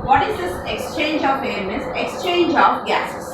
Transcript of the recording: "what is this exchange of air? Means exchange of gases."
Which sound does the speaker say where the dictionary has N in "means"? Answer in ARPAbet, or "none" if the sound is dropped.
none